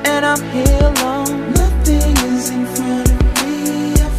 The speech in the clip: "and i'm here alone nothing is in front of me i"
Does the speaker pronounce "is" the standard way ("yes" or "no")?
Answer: yes